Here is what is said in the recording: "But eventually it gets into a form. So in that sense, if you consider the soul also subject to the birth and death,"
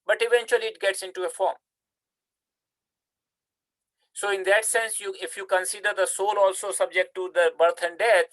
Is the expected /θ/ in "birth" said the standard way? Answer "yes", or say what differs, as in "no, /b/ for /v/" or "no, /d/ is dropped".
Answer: no, /t/ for /θ/